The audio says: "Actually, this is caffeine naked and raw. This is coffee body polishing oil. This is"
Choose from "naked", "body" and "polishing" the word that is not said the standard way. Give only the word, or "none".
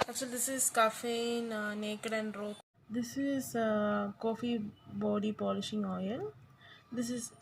none